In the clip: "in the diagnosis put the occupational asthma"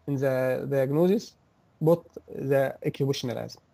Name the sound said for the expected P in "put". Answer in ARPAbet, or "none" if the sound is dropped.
B